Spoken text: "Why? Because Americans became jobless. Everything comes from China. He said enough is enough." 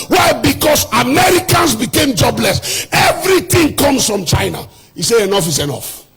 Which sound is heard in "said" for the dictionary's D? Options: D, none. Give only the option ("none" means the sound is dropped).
none